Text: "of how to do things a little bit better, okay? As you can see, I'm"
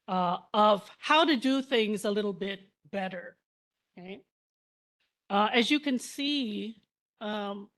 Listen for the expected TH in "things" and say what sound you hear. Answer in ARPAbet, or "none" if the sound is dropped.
TH